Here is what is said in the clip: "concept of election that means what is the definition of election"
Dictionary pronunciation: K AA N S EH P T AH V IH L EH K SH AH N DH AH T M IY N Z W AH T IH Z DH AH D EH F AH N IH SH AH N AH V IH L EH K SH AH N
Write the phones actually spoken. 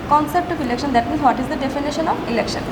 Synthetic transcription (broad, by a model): K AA N S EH P T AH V IH L EH K SH AH N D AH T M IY Z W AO T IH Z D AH D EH F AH N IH SH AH N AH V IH L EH K SH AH N